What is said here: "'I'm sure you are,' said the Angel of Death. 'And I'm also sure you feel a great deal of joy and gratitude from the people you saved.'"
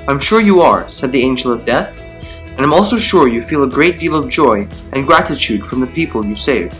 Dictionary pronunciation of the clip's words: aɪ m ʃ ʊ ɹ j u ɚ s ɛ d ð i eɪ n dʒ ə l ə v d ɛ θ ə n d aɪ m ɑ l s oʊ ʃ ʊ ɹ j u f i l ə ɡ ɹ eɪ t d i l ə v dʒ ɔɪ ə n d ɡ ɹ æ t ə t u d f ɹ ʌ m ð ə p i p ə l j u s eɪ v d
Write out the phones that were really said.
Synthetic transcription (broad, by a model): aɪ m ʃ ʊ ɹ j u ɚ s ɛ d ð i eɪ n dʒ l ə v d ɛ θ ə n aɪ m ɑ l s oʊ ʃ ʊ ɹ j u f i l ə ɡ ɹ eɪ t d i l ə v dʒ ɔɪ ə n ɡ ɹ æ t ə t u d f ɹ ʌ m ð ə p i p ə l j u s eɪ v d